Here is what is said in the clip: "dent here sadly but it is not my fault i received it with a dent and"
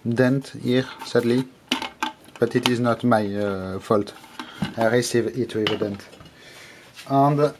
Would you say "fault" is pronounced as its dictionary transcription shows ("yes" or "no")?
yes